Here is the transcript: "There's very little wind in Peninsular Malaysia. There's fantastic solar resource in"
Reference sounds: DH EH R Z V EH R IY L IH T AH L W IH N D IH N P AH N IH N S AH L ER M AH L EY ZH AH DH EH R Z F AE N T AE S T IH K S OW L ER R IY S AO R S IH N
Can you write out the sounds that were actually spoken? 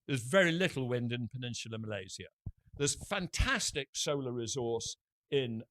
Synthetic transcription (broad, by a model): DH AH Z V EH R IY L IH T L W IH N D IH N P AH N IH N SH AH L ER M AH L EY Z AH DH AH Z F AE N T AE S T IH K S OW L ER R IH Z AO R S IH N